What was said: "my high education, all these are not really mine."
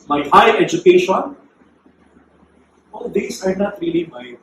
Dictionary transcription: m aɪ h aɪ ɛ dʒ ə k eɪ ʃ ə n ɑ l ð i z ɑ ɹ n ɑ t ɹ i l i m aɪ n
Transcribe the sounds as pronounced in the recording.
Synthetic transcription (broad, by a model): m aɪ h aɪ ɛ dʒ ə k eɪ ʃ ə n ɑ l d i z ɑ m n ɑ t ɹ i l i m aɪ